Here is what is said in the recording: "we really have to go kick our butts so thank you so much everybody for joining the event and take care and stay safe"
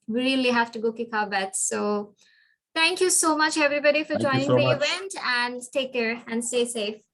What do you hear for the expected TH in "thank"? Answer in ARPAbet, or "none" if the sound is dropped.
T